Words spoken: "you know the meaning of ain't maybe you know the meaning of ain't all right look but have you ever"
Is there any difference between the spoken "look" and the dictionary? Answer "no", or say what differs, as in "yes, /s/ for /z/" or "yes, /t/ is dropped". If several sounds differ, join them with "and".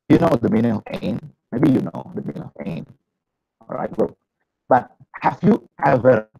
yes, /w/ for /l/